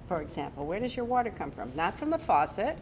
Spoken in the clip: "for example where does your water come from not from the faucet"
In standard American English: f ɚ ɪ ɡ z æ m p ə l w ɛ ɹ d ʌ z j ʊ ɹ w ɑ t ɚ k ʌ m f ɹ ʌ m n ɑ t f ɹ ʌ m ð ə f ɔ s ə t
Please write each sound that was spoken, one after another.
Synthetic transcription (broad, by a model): f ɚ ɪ ɡ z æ m p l w ɛ ɹ d ʌ z j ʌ ɹ w ɑ t ɚ k ʌ m f ɹ ʌ m n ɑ t f ɹ ʌ m ð ə f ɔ s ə t